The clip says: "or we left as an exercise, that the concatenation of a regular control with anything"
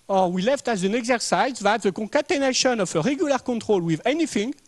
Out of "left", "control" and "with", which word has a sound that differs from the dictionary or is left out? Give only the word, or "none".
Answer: control